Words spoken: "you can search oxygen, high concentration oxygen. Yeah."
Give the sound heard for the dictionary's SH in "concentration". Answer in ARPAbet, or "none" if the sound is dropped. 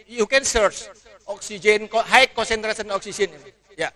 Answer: S